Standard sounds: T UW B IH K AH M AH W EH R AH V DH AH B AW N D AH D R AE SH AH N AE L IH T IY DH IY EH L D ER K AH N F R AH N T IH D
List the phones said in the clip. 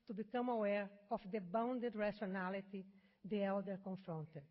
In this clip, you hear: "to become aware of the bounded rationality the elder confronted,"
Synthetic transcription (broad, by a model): T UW B IH K AH M AH W EH R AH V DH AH B AW N D AH D R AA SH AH N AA L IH T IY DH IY EH L D ER K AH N F R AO N T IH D